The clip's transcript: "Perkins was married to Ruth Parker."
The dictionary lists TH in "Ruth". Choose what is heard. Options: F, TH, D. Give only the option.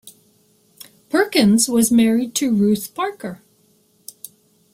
TH